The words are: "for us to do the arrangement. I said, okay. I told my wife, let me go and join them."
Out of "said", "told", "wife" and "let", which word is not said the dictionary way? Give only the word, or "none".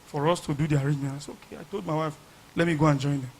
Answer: said